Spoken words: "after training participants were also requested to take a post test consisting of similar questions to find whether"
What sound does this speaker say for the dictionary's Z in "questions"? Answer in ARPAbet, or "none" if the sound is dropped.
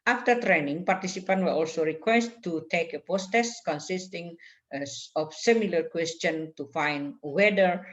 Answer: none